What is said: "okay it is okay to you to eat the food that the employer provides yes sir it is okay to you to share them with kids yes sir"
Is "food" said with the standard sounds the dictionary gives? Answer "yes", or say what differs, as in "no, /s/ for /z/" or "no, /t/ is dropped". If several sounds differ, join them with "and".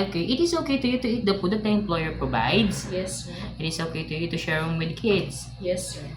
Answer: no, /p/ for /f/